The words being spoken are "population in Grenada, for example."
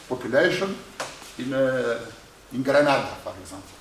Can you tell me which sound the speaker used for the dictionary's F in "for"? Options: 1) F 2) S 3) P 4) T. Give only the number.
3